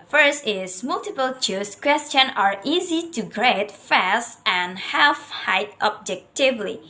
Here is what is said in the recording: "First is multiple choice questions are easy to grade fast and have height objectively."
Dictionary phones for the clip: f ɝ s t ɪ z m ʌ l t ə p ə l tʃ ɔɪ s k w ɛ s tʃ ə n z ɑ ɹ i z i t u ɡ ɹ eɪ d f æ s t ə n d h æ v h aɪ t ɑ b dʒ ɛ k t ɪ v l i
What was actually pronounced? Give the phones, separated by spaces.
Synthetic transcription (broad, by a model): f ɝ s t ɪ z m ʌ l t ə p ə l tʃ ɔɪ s k w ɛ s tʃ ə n ɑ ɹ i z i t u ɡ ɹ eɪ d f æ s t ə n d h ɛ f h aɪ t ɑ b dʒ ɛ k t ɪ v l i